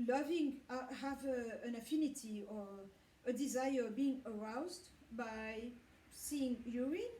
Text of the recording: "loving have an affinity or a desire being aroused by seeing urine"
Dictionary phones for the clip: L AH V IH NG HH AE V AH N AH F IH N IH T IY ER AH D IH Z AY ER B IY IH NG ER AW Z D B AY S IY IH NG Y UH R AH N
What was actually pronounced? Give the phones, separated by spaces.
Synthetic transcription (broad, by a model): L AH V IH NG HH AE V AH N AH F IH N IH T IY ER AH D IH Z AY ER B IY IH NG ER AW Z D B AY S IY IH NG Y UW R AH